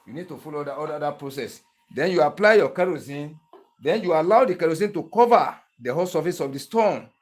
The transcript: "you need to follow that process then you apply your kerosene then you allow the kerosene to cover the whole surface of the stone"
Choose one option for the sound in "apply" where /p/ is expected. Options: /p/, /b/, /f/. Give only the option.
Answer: /p/